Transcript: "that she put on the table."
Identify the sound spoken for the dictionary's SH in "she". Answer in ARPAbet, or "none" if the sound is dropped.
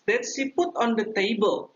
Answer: S